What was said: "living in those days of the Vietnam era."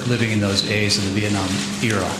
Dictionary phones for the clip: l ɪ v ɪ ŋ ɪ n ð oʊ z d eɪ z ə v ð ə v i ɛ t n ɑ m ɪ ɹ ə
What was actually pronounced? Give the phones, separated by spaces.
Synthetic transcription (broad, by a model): l ɪ v ɪ ŋ ɪ n ð oʊ z eɪ z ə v ð ə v i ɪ n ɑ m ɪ ɹ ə